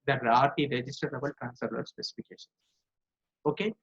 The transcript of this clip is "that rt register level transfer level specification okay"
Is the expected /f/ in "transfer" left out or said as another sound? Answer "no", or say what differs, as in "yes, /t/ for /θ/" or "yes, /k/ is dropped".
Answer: yes, /f/ is dropped